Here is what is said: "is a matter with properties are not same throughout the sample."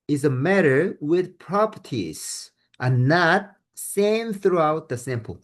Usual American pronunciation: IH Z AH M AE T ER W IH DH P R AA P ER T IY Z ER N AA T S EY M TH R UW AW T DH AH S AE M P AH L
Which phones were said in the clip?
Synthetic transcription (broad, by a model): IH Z AH M AE T ER W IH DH P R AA P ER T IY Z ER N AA T S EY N TH R UW AW T DH AH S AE M P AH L